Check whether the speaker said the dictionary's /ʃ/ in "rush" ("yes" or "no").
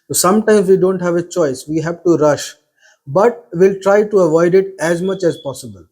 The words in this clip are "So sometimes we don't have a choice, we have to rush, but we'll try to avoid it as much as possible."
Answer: yes